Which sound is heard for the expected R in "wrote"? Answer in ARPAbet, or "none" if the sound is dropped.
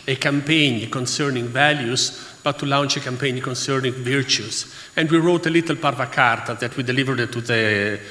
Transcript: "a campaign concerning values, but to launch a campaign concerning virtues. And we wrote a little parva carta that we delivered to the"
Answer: R